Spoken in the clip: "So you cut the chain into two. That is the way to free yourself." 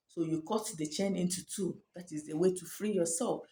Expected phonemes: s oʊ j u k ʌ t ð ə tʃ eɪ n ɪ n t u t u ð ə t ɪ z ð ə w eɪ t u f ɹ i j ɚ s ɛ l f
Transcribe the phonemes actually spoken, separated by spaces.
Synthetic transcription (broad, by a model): s oʊ j u k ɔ t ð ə tʃ eɪ n ɪ n t u t u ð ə t ɪ z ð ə w eɪ t u f ɹ i j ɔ s ɛ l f